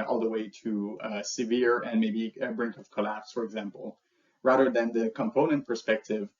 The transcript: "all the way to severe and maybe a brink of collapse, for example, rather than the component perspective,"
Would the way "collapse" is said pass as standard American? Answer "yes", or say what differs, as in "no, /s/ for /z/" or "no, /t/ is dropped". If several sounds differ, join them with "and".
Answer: yes